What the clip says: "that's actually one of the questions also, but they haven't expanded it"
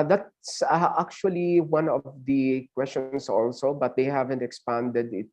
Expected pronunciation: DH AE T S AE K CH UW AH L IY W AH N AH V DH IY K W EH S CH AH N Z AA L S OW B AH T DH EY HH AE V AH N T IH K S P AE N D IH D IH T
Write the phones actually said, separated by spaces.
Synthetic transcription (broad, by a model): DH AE T S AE K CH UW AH L IY W AH N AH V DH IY K W EH S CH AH N S AA L S OW B AH T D EY HH AE V AH N T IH K S P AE N D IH D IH T